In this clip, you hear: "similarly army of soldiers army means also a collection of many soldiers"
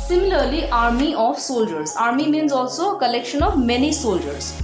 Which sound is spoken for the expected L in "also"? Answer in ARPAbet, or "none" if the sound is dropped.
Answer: L